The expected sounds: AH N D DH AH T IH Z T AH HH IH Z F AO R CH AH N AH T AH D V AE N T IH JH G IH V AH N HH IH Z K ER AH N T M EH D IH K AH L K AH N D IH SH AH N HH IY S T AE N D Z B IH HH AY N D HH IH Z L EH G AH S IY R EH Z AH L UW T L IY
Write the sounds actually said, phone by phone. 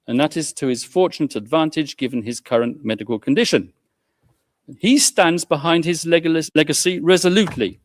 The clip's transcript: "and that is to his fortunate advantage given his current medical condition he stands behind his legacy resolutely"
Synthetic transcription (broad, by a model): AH N DH AH T IH Z T AH IH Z F AO R CH AH N AH T AH D V AE N T IH JH G IH V AH N IH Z K ER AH N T M EH D IH K AH L K AH N D IH SH AH N IY S T AE N D Z B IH HH AY N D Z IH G L EH G AH S IY R EH Z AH L UW T L IY